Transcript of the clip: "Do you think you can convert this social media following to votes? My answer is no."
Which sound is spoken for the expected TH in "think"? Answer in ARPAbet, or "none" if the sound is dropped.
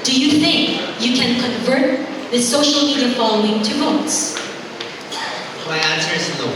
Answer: TH